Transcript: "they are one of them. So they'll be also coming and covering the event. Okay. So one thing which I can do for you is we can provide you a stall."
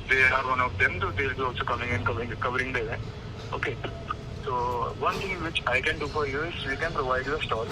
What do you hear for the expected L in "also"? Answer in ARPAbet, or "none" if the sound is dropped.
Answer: none